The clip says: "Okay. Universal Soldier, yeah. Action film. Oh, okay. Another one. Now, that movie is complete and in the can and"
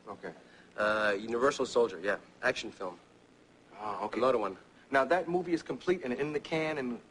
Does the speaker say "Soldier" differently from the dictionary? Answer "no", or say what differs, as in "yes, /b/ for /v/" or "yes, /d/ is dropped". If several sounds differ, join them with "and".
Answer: no